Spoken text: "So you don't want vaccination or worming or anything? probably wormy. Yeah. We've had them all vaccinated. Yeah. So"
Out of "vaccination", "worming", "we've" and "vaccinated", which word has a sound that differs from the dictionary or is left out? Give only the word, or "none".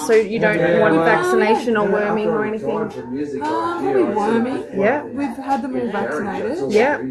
none